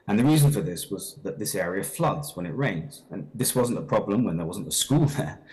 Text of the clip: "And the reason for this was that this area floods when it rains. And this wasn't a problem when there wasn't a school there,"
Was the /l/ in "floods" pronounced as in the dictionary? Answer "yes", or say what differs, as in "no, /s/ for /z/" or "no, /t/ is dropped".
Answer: yes